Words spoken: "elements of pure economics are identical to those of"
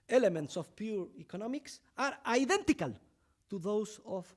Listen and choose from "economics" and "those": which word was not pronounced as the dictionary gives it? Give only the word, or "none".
those